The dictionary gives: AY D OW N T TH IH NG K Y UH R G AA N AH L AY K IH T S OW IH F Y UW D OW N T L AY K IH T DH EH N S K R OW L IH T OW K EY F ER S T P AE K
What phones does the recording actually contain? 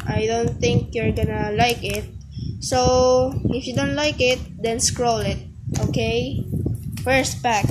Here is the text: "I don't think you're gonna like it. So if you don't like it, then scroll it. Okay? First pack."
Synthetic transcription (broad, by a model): AY D OW N T TH IH NG K Y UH R G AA N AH L AY K IH T S OW IH F Y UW D OW N T L AY K IH T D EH N S K R OW L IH T OW K EY F ER S T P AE K